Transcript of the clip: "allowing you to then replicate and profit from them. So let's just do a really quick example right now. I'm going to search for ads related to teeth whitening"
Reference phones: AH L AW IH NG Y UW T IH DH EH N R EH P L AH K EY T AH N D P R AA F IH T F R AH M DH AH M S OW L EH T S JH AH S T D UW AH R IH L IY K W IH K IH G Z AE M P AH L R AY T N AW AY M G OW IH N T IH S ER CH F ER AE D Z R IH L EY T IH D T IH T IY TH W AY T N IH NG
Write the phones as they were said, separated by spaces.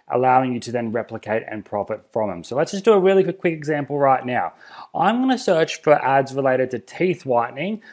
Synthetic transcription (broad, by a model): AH L AW IH NG Y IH T IH DH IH N R EH P L AH K EY T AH N P R AA F IH T F R AH M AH M S OW L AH T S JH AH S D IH AH R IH L IY K W IH K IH G Z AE M P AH L R AY T N AW AY M G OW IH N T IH S ER CH F ER AE D Z R IH L EY T IH D T IH T IY TH W AY T N IH NG